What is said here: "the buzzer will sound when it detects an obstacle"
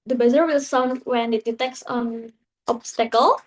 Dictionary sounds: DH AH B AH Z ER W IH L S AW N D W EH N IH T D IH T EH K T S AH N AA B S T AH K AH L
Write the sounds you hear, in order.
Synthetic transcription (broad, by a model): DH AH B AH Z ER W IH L S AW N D W EH N IH T D IH T EH K T S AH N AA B S T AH K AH L